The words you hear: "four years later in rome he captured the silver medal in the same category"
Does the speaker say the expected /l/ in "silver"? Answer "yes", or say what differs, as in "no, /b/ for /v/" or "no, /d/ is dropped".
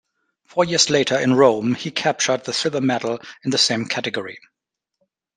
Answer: no, /l/ is dropped